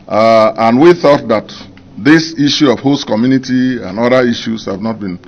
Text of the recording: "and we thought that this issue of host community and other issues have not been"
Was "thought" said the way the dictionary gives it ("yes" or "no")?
yes